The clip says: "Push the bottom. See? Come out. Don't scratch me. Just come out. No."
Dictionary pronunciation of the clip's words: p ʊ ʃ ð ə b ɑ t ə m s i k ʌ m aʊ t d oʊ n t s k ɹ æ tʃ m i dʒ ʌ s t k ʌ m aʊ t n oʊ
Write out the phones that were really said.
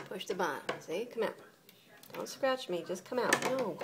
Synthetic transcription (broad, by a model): p ʊ ʃ ð ə b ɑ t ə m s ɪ k ʌ m aʊ t d oʊ n t s k ɹ æ tʃ m i dʒ ʌ s k ʌ m aʊ t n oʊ